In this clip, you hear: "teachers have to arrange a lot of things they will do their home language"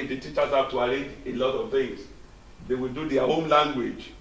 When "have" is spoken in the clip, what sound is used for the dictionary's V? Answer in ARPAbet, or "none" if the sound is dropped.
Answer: P